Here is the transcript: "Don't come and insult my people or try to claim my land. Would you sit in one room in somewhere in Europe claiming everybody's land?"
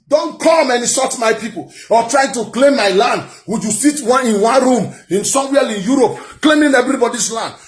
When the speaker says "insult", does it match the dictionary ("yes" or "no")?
no